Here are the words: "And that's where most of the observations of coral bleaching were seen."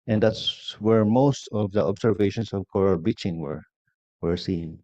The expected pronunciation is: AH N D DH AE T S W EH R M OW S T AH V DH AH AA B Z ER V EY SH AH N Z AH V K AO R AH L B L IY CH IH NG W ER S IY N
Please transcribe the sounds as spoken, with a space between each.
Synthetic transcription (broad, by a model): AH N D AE T S W EH R M OW S T AH V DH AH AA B S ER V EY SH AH N S AH V K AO R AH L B IY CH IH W W ER S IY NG